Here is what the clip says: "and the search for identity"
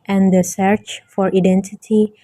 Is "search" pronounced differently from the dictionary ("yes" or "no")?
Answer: no